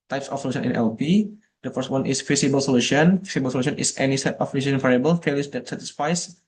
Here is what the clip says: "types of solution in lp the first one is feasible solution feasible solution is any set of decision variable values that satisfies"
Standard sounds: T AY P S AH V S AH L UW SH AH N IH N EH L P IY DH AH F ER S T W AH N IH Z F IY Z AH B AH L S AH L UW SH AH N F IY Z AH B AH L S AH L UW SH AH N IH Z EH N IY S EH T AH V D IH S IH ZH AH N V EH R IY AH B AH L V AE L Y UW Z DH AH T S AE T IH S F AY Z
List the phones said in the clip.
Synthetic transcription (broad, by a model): T AY P S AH F S AH L UW SH AH N IH N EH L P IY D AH F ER S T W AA N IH S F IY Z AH B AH L S AH L UW SH AH N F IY S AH B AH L S AH L UW SH AH N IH S EH N IY S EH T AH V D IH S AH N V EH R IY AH B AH L F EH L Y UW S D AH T S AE T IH S F AY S